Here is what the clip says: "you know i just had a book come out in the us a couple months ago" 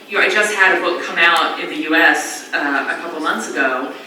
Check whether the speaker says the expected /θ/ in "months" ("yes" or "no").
yes